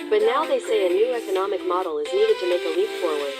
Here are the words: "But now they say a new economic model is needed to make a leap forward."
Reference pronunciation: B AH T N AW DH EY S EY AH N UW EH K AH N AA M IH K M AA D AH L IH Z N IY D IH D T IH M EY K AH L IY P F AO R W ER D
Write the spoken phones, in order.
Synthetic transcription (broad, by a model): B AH T N AW DH EY S EY AH N UW EH K AH N AA M IH K M AA D L IH Z N IY D IH D T IH M EY K AH L IY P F AO R W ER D